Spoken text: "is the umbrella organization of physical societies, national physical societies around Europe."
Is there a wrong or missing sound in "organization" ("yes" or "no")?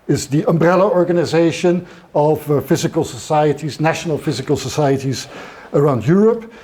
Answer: no